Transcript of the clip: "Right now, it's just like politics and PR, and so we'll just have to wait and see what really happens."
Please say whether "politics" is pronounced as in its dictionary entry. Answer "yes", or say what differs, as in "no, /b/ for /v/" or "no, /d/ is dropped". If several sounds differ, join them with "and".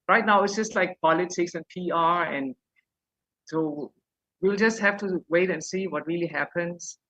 yes